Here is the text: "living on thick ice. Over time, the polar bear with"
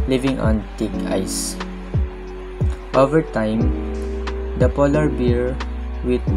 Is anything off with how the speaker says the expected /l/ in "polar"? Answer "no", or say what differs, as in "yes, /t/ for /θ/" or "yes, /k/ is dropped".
no